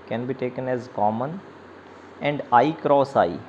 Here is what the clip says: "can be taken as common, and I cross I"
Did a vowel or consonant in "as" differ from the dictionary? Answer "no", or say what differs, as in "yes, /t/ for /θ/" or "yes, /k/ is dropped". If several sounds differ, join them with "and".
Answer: no